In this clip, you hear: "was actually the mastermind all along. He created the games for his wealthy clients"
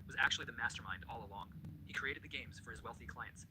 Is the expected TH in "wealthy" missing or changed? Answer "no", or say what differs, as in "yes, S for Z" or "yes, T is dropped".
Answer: no